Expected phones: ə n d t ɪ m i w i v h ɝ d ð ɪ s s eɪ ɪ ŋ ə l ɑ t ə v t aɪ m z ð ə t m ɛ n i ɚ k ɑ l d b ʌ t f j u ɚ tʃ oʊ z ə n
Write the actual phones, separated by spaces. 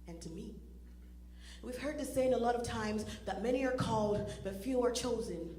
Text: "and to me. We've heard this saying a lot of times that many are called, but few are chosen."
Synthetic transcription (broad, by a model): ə n t ɪ m i w i v h ɝ d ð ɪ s s eɪ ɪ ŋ ə l ɑ t ə v t aɪ m z ð ə t m ɛ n i ɚ k ɑ l d b ʌ t f j u ɚ tʃ oʊ z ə n